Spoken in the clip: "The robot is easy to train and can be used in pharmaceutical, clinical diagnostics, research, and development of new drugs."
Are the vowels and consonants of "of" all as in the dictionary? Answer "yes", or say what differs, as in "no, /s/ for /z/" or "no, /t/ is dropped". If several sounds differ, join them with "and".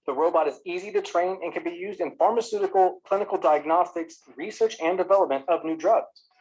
yes